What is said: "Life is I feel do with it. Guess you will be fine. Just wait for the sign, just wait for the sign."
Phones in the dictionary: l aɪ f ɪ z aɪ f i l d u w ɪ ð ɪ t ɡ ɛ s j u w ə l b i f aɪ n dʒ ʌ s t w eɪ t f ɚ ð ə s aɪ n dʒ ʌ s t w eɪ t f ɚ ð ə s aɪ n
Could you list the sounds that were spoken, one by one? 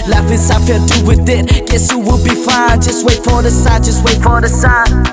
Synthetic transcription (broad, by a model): l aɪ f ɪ s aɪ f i d u w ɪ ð ɪ t ɡ ɛ s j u w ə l b i f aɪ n dʒ ʌ s t w eɪ t f ɚ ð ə s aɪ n dʒ ʌ s t w eɪ t f ɚ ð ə s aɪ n